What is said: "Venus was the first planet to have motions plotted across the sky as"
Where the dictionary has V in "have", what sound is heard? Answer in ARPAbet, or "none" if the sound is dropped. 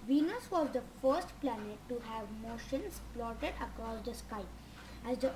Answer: V